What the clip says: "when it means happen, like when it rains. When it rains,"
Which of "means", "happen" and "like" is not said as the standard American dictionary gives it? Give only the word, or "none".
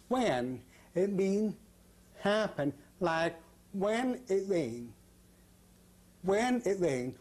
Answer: means